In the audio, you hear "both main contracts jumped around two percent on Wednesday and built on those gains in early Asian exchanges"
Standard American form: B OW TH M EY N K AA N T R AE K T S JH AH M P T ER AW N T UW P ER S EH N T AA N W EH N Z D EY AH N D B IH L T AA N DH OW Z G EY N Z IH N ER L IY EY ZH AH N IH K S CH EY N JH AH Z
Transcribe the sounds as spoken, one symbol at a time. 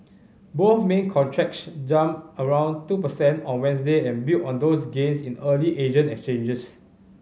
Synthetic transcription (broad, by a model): B OW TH M EY N K AA N T R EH K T S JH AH M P ER AW N T UW P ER S EH N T AA N W EH N S D EY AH N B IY T AA N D OW S G EY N S IH N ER L IY EY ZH AH N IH K S CH EY N JH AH S